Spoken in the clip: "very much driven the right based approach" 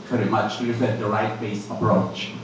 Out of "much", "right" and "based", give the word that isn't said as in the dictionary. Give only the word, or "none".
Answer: based